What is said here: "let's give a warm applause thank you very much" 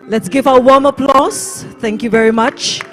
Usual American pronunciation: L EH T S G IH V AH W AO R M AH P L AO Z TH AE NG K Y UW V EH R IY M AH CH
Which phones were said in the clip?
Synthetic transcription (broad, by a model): L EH T S G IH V AH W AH W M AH P L AO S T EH NG K Y UW V EH R IY M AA CH